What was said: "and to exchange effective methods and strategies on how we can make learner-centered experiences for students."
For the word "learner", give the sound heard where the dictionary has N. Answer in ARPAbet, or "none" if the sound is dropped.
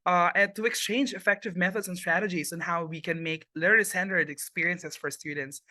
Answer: L